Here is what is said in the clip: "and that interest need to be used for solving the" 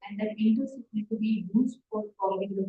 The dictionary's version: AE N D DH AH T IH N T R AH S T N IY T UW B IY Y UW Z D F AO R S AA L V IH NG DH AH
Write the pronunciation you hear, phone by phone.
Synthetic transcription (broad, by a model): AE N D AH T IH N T AH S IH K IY T UW B IY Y UW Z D F AO R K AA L IH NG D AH